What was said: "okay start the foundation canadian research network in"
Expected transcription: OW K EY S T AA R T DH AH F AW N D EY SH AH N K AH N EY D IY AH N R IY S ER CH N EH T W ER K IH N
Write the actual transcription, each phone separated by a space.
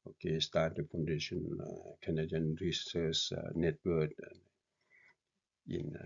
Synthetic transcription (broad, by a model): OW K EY S T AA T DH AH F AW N D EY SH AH N K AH N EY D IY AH N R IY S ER S N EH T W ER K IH N